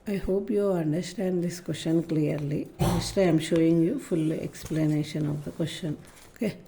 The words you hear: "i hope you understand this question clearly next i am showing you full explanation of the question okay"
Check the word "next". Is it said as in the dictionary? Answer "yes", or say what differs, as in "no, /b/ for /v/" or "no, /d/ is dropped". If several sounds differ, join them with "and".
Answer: no, /k/ is dropped